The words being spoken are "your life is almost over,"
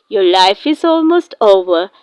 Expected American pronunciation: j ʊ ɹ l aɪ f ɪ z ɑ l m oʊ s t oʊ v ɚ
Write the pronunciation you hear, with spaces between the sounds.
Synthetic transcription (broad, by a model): j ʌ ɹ l aɪ f ɪ z ɑ l m oʊ s t oʊ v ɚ